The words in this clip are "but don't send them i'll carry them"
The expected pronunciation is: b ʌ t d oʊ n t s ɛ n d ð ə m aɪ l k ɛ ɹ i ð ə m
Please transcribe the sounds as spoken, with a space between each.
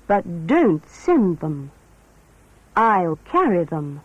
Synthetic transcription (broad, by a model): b ʌ t d oʊ n t s ɛ n ð ə m aɪ l k ɛ ɹ i ð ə m